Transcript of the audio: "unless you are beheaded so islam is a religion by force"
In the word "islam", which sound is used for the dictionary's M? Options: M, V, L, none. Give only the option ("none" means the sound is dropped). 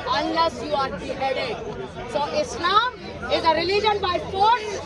none